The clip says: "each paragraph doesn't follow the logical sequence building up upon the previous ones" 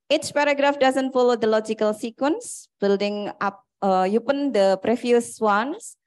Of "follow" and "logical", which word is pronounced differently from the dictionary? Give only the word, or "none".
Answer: none